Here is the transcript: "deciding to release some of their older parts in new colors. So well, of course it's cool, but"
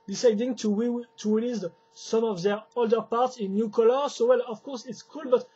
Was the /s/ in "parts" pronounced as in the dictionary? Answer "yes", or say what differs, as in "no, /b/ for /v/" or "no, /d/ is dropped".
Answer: yes